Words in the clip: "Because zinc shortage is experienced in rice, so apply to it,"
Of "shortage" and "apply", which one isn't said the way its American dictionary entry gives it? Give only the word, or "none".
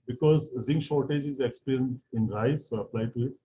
none